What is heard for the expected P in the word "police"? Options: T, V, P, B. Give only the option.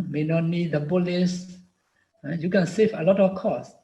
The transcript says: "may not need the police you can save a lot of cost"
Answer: B